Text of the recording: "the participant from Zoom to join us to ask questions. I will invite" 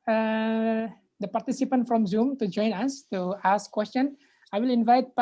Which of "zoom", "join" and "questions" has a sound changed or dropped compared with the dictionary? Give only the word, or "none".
questions